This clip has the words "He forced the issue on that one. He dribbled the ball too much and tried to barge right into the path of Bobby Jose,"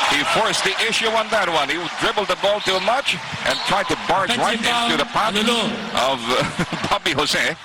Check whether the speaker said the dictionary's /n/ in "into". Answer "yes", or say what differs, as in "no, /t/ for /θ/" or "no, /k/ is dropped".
no, /n/ is dropped